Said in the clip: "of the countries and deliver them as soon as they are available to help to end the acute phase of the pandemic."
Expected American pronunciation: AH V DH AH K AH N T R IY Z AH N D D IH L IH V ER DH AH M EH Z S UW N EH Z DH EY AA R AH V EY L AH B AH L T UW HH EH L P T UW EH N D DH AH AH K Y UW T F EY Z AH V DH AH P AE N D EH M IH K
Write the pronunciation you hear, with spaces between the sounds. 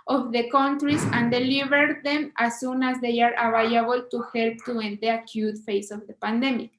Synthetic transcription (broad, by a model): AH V DH AH K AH N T R IY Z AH N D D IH L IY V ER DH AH M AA S UW N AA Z DH EY AA R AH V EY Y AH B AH L T UW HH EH L P T UW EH N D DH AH AH K Y UW T F EY S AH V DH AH P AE N D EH M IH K